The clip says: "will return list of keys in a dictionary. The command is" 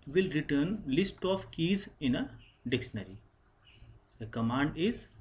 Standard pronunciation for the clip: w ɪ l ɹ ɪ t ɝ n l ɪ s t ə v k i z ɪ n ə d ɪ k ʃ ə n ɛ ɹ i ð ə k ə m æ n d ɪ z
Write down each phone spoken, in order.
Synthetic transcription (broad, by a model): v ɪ l ɹ ɪ t ɝ n l ɪ s t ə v k i z ɪ n ə d ɪ k ʃ ə n ɛ ɹ i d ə k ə m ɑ n d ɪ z